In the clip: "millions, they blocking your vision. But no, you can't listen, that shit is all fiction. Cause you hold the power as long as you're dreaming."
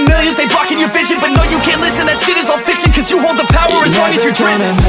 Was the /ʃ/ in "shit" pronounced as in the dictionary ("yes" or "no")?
no